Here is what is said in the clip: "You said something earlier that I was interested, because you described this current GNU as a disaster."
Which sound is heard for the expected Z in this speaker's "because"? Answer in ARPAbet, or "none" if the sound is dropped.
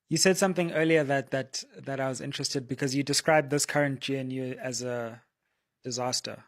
Z